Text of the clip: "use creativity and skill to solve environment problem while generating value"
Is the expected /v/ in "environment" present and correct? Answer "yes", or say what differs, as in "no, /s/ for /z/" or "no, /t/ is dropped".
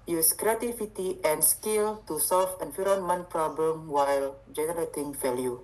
no, /f/ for /v/